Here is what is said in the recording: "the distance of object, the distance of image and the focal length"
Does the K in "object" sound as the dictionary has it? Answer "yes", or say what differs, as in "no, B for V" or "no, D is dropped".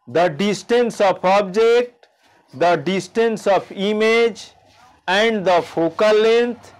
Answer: yes